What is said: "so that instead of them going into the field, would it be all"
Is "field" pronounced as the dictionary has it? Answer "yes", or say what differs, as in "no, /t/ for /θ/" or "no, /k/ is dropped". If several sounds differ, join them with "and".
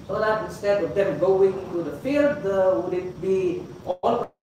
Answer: yes